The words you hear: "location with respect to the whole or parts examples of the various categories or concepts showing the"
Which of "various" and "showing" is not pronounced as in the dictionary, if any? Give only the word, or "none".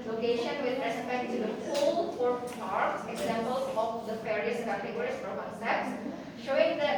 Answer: various